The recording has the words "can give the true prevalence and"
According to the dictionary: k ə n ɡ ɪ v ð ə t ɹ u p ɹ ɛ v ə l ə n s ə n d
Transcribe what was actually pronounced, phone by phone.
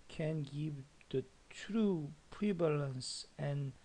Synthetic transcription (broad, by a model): k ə n ɡ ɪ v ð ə t ɹ u p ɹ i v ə l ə n s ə n